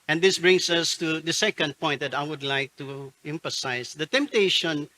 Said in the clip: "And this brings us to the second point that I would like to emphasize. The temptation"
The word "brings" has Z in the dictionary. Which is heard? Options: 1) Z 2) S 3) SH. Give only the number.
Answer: 2